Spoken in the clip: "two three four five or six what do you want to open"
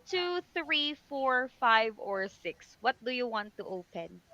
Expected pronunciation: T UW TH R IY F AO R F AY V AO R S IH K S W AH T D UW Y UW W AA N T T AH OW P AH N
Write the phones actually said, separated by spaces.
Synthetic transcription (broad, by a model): T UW TH R IY F AO R F AY V AO R S IH K S W AH T D UW Y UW W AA N T T AH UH P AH N